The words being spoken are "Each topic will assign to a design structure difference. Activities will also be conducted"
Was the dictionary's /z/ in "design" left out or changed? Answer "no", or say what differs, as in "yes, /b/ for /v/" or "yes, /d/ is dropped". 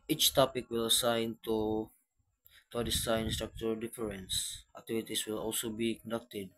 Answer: yes, /s/ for /z/